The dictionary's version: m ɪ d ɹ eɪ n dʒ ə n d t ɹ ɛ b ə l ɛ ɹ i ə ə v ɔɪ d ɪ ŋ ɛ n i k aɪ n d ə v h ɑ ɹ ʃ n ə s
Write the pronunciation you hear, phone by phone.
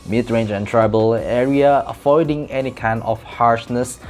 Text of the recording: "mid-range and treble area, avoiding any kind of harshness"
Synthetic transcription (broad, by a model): m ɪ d ɹ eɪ n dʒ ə n t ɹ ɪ b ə l ɛ ɹ i ə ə f ɔɪ d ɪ ŋ ɛ n i k aɪ n ə f h ɑ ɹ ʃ n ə s